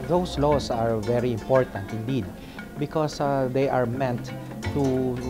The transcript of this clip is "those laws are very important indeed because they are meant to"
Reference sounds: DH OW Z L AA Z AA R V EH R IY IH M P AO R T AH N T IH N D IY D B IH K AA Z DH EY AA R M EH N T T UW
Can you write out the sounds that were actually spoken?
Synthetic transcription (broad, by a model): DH OW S L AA S AA R V EH R IY IH M P AO R T AH N T IH N D IY D B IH K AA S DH EY AA R M EH N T T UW